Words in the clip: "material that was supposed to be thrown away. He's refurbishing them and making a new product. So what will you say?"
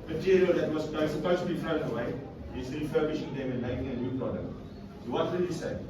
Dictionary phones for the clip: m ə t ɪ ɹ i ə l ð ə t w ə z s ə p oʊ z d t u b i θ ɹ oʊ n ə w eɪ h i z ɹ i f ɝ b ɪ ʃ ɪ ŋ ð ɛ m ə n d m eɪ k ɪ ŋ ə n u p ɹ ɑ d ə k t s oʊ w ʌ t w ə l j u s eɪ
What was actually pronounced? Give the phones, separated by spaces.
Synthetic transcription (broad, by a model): m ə t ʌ ɹ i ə l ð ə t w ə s s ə p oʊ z t u b i f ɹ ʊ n ə w eɪ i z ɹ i f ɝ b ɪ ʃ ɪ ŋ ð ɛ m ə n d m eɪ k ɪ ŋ ə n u p ɹ ɑ d ə k t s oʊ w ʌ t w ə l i s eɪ